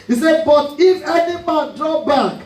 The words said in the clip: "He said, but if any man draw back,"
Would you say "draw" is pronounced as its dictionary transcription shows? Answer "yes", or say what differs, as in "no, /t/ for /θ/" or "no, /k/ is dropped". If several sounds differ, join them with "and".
yes